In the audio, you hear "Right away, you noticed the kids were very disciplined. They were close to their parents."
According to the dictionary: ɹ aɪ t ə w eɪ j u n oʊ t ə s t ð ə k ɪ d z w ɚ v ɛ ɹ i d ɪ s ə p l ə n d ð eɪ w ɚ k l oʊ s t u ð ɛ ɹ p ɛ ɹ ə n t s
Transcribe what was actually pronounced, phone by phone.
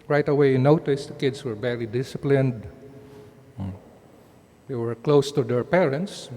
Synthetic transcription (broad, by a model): ɹ aɪ t ə w eɪ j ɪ n oʊ t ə s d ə k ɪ d s w ɚ b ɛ l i d ɪ s ə p l ə n d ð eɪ w ɚ k l oʊ s t u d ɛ ɹ p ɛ ɹ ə n t s